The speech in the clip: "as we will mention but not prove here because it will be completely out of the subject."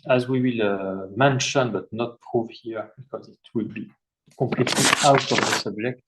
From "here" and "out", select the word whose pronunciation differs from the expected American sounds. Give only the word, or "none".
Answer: none